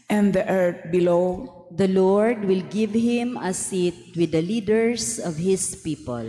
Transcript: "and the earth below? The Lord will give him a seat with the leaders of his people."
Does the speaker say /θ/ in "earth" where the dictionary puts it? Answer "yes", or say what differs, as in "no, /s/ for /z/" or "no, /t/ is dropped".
no, /t/ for /θ/